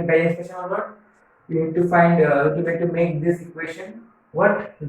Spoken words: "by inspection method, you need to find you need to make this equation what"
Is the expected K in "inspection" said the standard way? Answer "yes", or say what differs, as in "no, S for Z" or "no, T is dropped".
no, K is dropped